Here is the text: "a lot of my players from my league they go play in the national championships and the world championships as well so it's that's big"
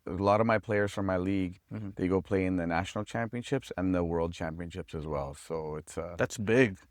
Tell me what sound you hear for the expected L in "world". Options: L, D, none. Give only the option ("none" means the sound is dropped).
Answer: L